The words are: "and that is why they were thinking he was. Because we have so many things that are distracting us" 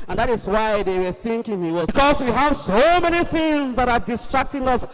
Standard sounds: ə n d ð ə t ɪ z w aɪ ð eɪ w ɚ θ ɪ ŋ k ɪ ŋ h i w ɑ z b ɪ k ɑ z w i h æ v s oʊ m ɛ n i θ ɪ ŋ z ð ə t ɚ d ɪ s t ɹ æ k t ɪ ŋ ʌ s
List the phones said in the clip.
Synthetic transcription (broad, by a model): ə n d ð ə t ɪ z w aɪ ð eɪ w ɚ θ ɪ ŋ k ɪ ŋ h i w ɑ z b k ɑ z w i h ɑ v s oʊ m ɛ n i θ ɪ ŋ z ð ə t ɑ d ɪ s t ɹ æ k t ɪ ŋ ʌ s